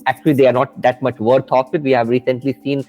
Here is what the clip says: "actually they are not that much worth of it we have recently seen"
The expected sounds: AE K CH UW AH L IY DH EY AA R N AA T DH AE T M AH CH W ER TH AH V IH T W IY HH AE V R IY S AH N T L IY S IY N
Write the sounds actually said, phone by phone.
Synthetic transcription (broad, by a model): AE K CH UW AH L IY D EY AA R N AA T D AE T M AH CH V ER T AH F IH T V IY HH AE V R IY S AH N T L IY S IY N